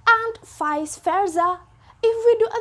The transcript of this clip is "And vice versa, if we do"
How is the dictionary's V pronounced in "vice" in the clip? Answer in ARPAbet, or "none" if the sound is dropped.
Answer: F